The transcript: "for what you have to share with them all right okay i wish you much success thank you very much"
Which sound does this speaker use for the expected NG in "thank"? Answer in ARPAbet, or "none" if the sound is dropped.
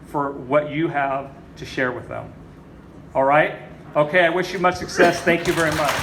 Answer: NG